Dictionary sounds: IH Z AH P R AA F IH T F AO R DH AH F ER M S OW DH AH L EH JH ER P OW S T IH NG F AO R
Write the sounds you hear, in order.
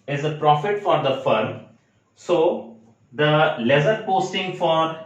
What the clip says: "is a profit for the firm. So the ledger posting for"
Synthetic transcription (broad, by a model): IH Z AH P R AA F IH T F AO R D AH F ER M S OW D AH L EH Z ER P OW S T IH NG F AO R